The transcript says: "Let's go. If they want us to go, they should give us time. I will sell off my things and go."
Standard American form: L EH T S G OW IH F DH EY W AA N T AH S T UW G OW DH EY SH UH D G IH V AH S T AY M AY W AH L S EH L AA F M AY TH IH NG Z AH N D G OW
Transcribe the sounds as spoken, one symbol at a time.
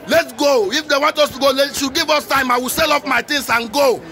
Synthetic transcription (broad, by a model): L EH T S G OW IH F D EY W AA N T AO S T UW G OW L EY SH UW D G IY V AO S T AY M AY W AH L S EH L AA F M AY T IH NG S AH N G OW